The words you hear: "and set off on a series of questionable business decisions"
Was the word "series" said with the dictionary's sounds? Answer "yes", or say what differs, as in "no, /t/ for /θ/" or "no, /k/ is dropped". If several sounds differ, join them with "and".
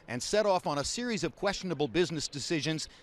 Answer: yes